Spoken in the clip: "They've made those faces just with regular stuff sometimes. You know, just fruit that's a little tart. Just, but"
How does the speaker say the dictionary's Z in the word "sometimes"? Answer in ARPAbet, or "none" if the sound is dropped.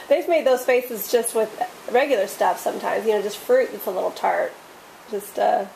Z